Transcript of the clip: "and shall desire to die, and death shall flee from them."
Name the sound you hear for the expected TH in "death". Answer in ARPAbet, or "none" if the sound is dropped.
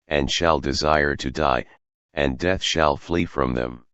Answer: TH